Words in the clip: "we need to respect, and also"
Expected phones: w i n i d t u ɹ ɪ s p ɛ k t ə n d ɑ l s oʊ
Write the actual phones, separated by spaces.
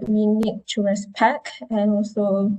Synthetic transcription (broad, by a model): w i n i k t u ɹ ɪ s p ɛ k ə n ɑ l s oʊ